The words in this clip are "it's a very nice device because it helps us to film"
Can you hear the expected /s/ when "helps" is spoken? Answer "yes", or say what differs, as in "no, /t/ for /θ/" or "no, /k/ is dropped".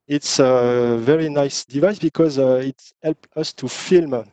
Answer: no, /s/ is dropped